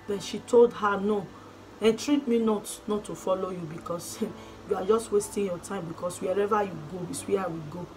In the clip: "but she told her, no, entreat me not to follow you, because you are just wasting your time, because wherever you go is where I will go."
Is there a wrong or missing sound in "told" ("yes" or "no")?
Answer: no